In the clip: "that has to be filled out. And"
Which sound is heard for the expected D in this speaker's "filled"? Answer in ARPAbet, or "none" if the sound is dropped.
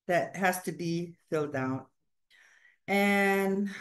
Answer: D